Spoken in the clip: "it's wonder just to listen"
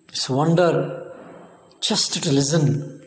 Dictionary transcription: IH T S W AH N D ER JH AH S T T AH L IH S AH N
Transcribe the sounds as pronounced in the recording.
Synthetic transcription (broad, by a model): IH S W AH N D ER CH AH S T T AH L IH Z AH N